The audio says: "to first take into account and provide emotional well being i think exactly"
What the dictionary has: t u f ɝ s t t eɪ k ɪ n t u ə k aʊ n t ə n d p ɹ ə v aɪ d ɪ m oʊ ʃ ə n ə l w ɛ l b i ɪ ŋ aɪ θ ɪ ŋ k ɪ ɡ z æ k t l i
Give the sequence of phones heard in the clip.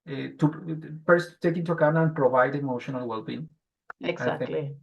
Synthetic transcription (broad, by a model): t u f ɝ s t t eɪ k ɪ n t u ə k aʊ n ə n p ɹ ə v aɪ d ɪ m oʊ ʃ ə n ə l w ɛ l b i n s aɪ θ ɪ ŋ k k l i